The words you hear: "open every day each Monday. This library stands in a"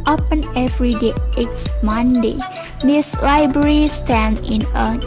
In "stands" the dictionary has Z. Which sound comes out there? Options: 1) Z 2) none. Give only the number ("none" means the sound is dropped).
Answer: 2